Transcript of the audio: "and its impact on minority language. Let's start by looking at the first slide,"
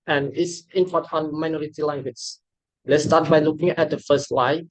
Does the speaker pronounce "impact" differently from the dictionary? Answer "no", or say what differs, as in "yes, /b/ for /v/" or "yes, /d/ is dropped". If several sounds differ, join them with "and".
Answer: yes, /k/ is dropped